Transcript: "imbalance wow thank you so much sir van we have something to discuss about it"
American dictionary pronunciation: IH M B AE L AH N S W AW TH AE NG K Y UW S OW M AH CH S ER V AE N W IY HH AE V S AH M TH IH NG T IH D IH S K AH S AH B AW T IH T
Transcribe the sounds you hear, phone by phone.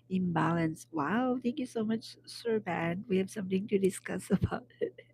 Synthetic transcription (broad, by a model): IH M B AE L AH N S W AW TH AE NG K Y UW S OW M AH CH S ER B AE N W IY HH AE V S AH M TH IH NG T IH D IH S K AH S AH B AW T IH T